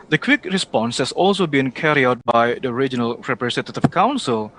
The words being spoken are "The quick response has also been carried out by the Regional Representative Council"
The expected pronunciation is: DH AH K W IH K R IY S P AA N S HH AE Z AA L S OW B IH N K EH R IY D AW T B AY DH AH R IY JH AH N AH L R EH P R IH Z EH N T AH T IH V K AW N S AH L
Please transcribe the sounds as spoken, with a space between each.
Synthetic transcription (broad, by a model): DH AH K W IH K R IY S P AA N S HH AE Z AA L S OW B IH N K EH R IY AW T B AY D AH R IY JH AH N AH L R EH P R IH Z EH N T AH T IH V K AW N S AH L